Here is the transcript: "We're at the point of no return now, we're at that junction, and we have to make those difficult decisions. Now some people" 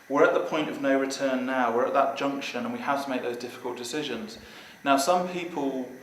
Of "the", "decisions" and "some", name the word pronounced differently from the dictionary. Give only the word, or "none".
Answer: none